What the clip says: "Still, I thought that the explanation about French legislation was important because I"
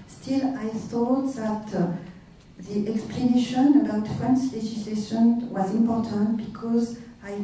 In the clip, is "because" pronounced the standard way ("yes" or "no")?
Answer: yes